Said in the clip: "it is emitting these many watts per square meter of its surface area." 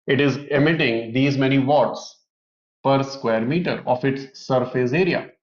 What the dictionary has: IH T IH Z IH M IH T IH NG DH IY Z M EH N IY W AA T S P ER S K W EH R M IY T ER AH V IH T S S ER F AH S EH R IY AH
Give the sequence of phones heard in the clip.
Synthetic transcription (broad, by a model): IH T IH Z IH M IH T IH NG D IY Z M EH N IY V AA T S P ER S K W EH R M IY T ER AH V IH T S S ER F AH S EH R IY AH